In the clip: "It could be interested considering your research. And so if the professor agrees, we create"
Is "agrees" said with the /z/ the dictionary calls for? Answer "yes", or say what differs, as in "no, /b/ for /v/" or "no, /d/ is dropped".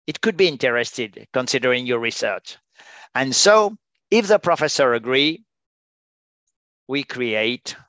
no, /z/ is dropped